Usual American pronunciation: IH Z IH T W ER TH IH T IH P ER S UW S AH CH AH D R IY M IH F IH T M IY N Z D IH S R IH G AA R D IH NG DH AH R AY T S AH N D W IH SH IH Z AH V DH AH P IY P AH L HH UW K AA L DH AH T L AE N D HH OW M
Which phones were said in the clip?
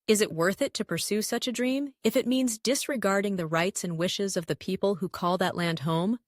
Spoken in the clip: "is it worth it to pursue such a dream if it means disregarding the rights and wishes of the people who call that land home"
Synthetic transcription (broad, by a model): IH Z IH T W ER TH IH T IH P ER S UW S AH CH AH D R IY M IH F IH T M IY N Z D IH S R IH G AA R D IH NG DH AH R AY T S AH N W IH SH IH Z AH V DH AH P IY P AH L HH UW K AA L DH AH T L AE N D HH OW M